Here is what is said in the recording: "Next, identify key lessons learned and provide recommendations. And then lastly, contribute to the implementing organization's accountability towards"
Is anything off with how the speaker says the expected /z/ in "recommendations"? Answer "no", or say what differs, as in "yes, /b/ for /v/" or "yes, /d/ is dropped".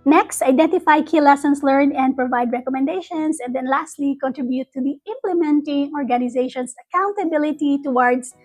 yes, /s/ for /z/